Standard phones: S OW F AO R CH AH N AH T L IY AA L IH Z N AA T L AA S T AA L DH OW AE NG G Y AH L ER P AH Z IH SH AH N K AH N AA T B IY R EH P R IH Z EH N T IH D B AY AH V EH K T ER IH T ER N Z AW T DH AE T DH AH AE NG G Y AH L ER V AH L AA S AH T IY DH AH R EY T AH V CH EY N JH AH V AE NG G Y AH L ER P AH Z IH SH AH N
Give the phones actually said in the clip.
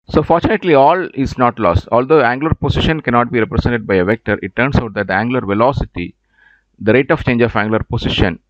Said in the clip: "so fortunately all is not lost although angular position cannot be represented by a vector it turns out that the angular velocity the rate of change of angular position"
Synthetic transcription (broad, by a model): S OW F AO R CH AH N AH T L IY AA L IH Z N AA T L AA S T AA L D OW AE NG G L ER P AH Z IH SH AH N K AH N AA T B IY R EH P R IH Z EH N T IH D B AY AH V EH K T ER IH T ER N S AW T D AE T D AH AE NG G L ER V AH L AA S AH T IY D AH R EY T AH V CH EY N JH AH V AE NG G L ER P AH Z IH SH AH N